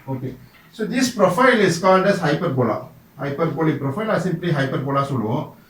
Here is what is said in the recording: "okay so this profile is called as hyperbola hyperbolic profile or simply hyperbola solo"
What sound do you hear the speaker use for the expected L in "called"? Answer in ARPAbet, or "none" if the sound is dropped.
N